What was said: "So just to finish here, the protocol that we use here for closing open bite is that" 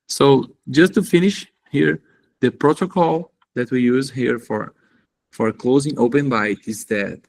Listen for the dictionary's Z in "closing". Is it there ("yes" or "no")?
yes